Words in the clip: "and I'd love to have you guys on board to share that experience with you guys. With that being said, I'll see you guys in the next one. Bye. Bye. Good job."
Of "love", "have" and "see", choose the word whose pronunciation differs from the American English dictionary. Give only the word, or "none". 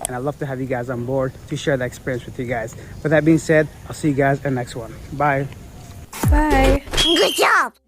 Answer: none